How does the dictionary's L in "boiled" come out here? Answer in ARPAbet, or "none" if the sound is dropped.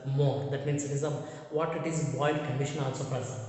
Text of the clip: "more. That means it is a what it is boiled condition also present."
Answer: none